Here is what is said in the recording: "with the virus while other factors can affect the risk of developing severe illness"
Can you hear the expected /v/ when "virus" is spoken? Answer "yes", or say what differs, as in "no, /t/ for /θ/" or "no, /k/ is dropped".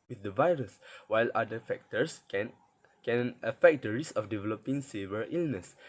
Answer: yes